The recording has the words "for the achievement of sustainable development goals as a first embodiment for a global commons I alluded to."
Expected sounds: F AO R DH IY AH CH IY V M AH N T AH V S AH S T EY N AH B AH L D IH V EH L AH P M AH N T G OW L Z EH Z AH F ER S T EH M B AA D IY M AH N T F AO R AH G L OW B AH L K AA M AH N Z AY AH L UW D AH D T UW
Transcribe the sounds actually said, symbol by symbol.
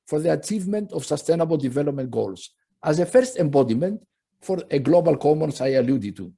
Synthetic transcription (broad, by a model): F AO R DH IY AH CH IY V M AH N T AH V S AH S T EY N AH B AH L D IH V EH L AH P M AH N T G OW L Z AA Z AH F ER S T EH M B AA D IY M AH N T F AO R AH G L OW B AH L K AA M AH N S AY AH L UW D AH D T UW